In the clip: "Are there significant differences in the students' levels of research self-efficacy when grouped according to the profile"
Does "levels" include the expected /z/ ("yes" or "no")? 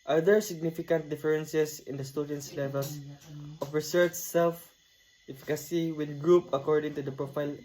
no